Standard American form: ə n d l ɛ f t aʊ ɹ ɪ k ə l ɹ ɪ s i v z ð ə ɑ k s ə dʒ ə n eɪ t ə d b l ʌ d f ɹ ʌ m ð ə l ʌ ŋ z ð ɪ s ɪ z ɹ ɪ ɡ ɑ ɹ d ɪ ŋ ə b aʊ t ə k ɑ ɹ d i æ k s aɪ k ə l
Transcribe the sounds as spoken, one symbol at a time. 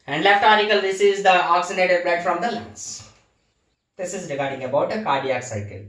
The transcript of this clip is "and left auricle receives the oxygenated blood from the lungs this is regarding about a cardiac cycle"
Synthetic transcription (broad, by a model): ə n d l ɛ f t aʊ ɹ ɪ k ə l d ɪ s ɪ z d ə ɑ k s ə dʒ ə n eɪ t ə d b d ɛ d f ɹ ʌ m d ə l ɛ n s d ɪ s ɪ z ɹ ɪ ɡ ɑ ɹ d ɪ ŋ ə b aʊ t ə k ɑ ɹ d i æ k s aɪ k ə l